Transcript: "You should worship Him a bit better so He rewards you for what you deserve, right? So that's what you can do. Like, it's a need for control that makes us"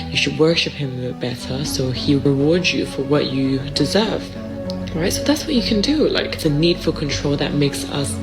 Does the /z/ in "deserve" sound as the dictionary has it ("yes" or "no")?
yes